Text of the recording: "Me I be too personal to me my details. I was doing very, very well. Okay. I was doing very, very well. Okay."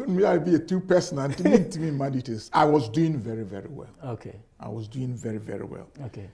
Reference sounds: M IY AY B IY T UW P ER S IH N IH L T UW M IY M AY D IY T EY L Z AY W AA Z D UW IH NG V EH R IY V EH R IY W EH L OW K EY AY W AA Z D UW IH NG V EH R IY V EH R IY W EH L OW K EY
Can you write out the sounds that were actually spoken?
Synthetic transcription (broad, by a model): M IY AY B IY T UW P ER S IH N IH N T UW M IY M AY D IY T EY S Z AY W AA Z D UW IH NG V EH R IY V EH R IY W EH L OW K EY AY W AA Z D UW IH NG V EH R IY V EH R IY W EH L OW K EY